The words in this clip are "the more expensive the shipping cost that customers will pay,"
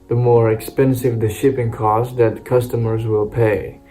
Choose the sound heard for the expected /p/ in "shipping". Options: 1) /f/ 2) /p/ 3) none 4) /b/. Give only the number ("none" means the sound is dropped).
2